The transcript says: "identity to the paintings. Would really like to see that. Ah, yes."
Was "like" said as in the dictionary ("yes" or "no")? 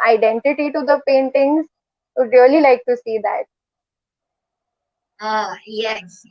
yes